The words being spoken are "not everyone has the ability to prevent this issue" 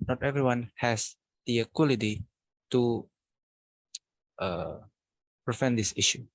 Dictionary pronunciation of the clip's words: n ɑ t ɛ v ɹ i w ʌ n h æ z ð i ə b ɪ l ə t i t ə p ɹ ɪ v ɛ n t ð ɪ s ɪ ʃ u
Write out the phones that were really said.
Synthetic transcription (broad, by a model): n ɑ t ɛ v ɹ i w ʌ n h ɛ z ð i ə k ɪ l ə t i t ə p ɹ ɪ f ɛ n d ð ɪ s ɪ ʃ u